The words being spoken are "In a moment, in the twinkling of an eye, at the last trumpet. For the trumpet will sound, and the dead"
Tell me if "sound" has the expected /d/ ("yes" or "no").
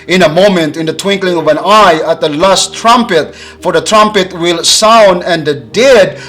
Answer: yes